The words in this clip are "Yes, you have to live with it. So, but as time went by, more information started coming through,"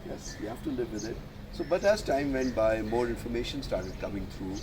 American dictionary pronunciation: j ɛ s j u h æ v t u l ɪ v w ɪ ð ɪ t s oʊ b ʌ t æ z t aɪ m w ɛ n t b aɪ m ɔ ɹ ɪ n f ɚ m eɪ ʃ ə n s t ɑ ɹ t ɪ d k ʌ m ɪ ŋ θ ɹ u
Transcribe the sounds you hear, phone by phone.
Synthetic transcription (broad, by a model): j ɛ s j u h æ f t u l ɪ v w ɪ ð ɪ t s oʊ b ʌ t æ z t aɪ m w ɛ n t b aɪ m ɔ ɹ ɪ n f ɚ m eɪ ʃ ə n s t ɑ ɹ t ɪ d k ʌ m ɪ ŋ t ɹ u